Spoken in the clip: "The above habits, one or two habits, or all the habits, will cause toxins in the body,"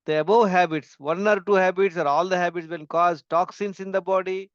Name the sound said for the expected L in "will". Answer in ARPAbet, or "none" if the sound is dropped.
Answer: N